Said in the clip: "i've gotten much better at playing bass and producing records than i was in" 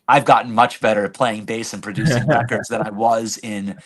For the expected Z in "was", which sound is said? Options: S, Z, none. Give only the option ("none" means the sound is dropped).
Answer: Z